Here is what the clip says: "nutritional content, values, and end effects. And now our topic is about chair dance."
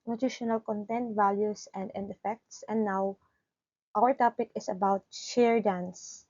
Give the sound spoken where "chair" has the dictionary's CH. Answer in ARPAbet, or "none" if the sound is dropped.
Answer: SH